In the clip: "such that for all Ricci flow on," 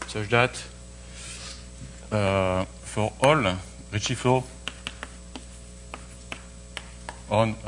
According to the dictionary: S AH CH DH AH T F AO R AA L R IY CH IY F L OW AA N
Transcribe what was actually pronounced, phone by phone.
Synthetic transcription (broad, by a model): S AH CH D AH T F AO R AA L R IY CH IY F OW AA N